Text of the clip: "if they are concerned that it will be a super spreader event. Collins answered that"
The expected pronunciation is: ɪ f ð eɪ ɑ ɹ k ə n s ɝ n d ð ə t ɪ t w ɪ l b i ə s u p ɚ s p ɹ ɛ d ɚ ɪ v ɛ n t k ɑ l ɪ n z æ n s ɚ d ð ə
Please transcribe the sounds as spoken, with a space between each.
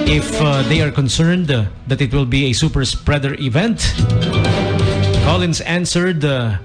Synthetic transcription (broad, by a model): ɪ f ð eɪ ɑ ɹ k ə n s ɝ n d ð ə t ɪ t w ɪ l b i ə s u p ɚ s p ɹ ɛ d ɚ ɪ v ɛ n t k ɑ l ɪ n s æ n s ɚ d